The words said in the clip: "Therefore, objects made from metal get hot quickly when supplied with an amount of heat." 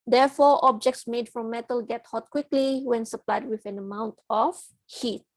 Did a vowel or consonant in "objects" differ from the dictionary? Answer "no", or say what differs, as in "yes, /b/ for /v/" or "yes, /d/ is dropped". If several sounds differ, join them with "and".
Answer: no